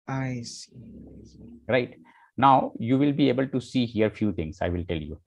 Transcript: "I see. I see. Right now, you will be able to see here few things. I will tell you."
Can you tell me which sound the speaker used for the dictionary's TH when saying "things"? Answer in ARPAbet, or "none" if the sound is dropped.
T